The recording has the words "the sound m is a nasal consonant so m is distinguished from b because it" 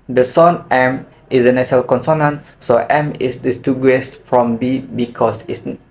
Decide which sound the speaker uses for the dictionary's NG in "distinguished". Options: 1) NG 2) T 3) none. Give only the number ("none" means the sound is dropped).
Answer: 3